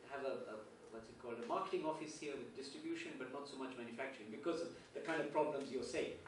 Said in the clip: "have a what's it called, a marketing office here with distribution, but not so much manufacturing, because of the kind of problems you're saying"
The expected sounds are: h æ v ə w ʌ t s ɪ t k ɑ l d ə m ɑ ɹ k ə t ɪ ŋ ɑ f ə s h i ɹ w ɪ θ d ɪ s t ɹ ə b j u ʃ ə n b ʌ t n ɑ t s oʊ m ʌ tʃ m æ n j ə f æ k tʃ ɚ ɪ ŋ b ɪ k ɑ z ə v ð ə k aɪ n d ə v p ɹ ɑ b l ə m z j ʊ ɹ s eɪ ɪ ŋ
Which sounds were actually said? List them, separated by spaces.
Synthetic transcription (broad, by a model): h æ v ə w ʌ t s ɪ t k ɑ l d ə m ɑ ɹ k ə t ɪ ŋ ɑ f ə s h i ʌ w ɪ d d ɪ s t ɹ ə b j u ʃ ə n b ʌ t n ɑ t s oʊ m ʌ tʃ m æ n j ə f æ k tʃ ɚ ɪ ŋ b ɪ k ɑ z ə v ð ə k aɪ n d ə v p ɹ ɑ b l ə m z j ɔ s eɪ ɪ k